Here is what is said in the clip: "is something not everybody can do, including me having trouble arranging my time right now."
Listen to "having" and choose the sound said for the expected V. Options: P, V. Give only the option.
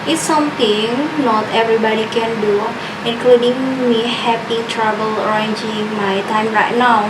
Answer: P